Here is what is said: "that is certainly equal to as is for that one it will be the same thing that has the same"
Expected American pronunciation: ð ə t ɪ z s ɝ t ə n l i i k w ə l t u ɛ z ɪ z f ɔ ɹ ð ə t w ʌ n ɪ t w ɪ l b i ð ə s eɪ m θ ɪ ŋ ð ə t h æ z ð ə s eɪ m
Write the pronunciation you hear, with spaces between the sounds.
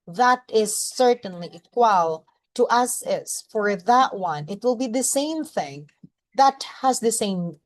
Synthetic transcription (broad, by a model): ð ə t ɪ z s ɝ t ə n l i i k w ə l t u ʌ s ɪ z f ɔ ɹ ð ə t w ʌ n ɪ t w ɪ l b i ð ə s eɪ m θ ɪ ŋ ð ə t h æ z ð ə s eɪ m